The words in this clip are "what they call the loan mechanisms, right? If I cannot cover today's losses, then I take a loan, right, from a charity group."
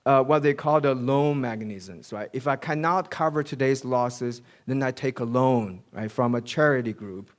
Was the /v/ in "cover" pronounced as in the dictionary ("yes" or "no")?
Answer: yes